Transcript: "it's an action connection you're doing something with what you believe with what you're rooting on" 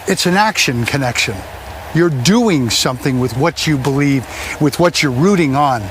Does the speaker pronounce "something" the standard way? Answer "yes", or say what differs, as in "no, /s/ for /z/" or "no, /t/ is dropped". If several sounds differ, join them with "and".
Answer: yes